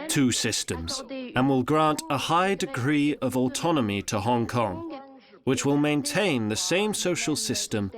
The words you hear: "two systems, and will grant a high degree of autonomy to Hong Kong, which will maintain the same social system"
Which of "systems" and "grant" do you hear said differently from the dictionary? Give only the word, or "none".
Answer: none